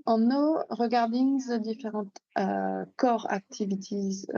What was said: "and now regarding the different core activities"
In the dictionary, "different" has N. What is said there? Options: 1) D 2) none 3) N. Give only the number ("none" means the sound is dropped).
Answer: 2